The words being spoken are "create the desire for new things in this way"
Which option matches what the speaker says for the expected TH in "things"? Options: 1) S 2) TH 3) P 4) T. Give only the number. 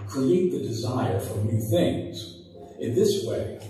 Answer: 2